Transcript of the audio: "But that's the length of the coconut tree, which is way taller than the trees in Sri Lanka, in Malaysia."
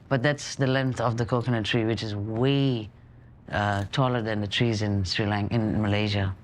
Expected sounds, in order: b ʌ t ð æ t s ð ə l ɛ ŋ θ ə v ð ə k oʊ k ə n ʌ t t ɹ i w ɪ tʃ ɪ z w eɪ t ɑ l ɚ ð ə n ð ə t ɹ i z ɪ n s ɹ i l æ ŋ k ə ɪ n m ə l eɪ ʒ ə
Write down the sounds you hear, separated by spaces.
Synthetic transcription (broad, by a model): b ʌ t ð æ t s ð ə l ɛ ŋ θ ə v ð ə k oʊ k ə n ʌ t t ɹ i w ɪ tʃ ɪ z w eɪ t ɑ l ɚ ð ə n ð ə t ɹ i z ɪ n s ɹ i l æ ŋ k ɪ n m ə l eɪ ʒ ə